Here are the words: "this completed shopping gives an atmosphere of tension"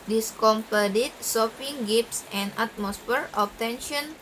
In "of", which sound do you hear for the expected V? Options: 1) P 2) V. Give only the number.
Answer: 1